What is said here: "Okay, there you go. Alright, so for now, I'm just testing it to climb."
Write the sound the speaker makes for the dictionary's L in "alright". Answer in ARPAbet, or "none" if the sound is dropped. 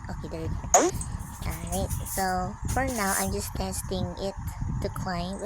none